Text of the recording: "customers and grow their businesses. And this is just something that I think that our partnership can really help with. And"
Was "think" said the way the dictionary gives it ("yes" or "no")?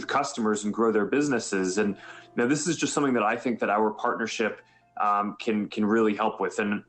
yes